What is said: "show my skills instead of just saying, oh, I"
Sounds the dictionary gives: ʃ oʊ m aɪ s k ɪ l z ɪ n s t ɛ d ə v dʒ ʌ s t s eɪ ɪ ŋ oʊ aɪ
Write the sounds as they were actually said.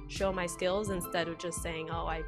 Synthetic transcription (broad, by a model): ʃ oʊ m aɪ s k ɪ l z ɪ n s t ɛ d ə v dʒ ʌ s t s eɪ ɪ ŋ oʊ aɪ